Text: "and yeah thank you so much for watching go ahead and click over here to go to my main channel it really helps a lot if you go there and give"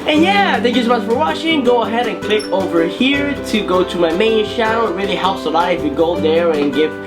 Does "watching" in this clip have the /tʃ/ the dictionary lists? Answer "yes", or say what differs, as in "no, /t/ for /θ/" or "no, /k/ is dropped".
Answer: no, /ʃ/ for /tʃ/